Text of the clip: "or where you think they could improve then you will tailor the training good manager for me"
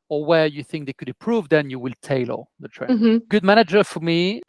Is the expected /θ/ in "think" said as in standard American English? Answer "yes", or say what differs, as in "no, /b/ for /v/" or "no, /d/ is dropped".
yes